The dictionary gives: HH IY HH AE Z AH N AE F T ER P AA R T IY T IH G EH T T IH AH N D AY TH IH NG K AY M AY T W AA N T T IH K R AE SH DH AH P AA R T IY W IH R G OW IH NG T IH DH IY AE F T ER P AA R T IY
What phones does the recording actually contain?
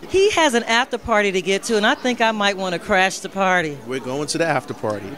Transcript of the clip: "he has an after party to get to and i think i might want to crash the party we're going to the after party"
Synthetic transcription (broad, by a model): HH IY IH Z AH N AE F T ER P AA R T IY T IH G EH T T IH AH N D AY TH IH NG K AY M AY T W AA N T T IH K R AE SH DH AH P AA R T IY W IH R G OW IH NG T IH DH IY AE F T ER P AA R T IY